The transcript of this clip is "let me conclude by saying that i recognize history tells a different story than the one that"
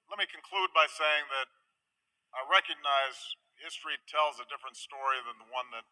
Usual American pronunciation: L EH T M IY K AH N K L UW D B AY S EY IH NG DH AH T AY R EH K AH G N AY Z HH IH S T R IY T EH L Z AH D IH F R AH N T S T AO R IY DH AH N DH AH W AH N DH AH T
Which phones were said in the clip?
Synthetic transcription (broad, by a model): L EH T M IY K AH N K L UW D B AY S EY IH NG DH AH T AY R EH K AH G N AY Z HH IH S T R IY T EH L Z AH D IH F R AH N T S T AO R IY DH AH N DH AH W AH N DH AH T